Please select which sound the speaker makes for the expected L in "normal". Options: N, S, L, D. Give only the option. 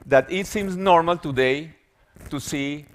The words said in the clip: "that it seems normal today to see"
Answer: L